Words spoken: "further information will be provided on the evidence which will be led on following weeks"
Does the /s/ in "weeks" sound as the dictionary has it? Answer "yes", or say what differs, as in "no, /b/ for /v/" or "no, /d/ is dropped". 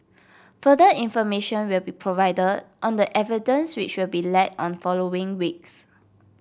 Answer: yes